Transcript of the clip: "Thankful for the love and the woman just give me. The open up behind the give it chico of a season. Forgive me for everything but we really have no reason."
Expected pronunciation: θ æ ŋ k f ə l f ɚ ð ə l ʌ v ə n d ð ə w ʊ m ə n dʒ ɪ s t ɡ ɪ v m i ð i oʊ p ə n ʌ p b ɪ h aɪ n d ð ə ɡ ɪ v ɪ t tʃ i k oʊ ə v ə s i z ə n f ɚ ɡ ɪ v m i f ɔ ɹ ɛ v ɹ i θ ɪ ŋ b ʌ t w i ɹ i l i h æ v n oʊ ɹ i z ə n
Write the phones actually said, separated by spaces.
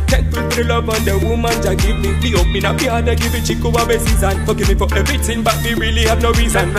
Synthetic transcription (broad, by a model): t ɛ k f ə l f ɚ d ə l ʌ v ə n d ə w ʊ m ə n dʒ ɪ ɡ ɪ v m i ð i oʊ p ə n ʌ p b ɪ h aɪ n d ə ɡ ɪ v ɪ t tʃ i k oʊ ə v ə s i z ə n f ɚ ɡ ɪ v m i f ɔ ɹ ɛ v ɹ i t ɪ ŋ b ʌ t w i ɹ i l i h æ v n oʊ ɹ i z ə n